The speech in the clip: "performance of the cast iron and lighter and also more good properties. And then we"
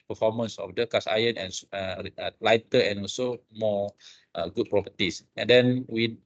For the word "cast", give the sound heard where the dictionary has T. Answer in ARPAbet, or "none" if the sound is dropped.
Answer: none